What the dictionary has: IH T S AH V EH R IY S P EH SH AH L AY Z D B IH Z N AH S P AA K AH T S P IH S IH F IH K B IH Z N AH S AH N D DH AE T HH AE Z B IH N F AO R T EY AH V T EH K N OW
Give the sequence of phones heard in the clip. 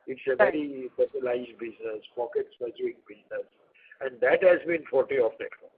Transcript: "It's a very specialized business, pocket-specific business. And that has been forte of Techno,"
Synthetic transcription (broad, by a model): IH T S AH V EH R IY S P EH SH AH L AY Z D B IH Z N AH S P AA K AH T S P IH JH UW IH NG B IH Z N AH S AH N D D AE T HH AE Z B IH N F AO R T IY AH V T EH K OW